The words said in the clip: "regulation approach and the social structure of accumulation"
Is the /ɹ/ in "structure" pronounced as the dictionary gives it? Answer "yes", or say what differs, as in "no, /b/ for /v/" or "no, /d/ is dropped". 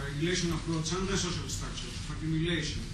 no, /ɹ/ is dropped